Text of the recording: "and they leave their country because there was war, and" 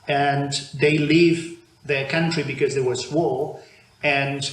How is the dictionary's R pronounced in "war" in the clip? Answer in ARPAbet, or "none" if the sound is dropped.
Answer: L